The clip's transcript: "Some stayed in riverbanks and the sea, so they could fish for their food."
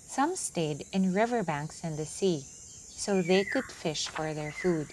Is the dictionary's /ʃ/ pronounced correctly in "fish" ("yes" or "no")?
yes